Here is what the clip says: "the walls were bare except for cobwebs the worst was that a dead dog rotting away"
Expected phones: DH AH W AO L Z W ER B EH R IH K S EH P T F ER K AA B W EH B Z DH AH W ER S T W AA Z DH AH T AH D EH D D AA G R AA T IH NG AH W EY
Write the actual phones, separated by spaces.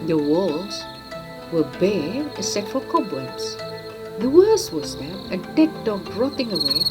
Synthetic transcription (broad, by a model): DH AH W AO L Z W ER B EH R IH S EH T F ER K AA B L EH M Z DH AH W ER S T W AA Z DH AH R AH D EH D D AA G R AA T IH NG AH W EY